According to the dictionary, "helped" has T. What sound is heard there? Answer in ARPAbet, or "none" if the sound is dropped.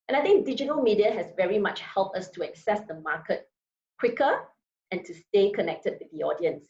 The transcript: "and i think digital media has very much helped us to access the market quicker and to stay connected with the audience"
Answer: T